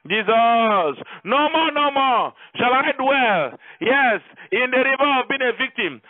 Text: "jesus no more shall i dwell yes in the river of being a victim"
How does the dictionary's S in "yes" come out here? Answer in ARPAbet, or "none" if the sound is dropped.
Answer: S